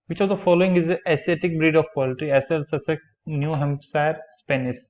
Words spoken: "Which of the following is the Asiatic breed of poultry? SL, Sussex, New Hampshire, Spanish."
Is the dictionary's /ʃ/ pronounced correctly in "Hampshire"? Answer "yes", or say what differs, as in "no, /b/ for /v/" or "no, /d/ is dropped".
no, /s/ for /ʃ/